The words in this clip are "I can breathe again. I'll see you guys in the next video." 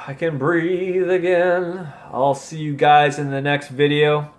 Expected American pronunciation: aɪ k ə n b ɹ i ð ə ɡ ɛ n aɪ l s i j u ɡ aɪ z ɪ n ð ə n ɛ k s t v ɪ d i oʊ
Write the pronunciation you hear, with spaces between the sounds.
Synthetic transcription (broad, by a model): aɪ k ə n b ɹ i ð ə ɡ ɛ n aɪ l s i j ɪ ɡ aɪ z ɪ n ð ə n ɛ k s t v ɪ d i oʊ